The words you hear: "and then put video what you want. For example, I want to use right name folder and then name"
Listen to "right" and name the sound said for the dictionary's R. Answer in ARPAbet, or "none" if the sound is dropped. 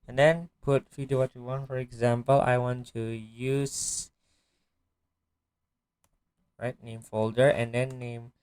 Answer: R